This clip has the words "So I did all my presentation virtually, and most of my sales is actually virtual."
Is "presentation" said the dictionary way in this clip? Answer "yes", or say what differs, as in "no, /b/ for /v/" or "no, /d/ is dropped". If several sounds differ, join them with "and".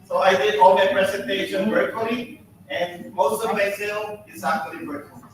no, /s/ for /z/